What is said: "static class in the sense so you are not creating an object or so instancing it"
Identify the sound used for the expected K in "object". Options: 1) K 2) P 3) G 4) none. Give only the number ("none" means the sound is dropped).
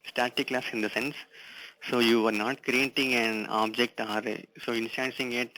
1